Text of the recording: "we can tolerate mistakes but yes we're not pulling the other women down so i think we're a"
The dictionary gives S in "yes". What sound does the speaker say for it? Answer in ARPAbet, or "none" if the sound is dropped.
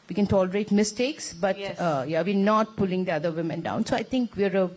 none